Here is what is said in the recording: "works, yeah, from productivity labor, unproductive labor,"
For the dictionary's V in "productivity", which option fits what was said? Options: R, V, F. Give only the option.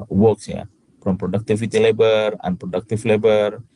F